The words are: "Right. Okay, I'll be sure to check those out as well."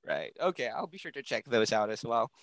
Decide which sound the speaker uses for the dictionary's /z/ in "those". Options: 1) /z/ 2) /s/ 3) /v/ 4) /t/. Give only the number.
1